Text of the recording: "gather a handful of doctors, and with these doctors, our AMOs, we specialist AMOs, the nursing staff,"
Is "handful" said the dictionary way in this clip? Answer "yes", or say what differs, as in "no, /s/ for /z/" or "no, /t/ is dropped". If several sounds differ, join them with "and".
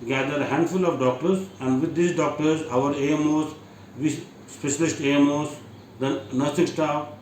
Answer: yes